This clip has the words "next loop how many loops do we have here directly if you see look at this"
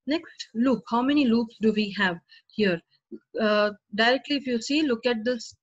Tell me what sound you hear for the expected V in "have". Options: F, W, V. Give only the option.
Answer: V